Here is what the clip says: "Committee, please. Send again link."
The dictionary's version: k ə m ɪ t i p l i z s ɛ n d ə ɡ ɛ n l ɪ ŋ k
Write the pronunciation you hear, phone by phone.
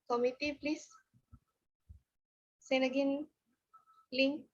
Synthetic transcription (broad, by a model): k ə m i t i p l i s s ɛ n ə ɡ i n l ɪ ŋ